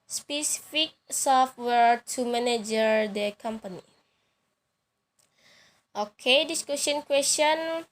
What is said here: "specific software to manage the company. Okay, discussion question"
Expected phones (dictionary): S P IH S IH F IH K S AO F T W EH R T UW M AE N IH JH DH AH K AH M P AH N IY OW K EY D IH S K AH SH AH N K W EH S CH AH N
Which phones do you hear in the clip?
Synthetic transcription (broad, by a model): S P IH S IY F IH K S AO F T W EH R T UW M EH N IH JH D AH K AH M P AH N IY OW K EY D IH S K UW S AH N K W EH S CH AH N